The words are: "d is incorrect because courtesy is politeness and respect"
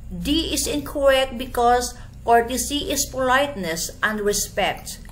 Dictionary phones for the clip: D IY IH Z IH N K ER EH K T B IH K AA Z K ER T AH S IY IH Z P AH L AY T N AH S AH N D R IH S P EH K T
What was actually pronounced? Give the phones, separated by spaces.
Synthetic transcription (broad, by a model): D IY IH S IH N K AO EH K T B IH K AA S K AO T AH S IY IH S P AH L AY T N AH S AH N D R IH S P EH K T